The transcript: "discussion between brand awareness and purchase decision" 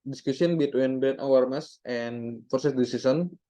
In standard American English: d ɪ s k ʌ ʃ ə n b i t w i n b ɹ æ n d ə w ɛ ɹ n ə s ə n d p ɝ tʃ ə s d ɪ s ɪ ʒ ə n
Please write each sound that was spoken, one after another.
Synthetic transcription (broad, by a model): d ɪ s k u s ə n b i t w i n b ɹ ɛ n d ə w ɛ ɹ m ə s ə n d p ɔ s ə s d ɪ s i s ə n